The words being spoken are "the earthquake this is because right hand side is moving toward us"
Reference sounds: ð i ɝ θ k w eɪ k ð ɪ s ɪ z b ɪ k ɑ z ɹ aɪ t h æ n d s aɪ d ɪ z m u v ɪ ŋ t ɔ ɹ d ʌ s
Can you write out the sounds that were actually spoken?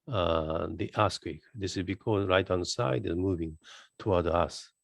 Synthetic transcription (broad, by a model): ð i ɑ s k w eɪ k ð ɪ s ɪ z b ɪ k ɑ z ɹ aɪ t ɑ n s aɪ d ɪ z m u v ɪ ŋ t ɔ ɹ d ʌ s